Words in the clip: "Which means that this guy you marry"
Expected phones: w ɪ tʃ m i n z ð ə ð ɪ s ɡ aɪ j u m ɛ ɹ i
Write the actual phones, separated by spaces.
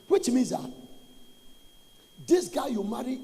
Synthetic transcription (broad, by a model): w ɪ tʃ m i z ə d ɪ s ɡ aɪ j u m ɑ ɹ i